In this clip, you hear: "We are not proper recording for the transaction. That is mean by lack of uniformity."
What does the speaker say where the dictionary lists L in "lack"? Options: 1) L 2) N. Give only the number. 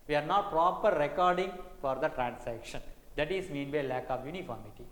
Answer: 1